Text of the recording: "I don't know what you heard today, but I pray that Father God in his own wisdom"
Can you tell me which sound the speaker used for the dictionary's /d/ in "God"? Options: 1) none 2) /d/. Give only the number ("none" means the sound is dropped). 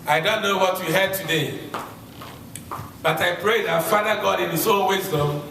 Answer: 2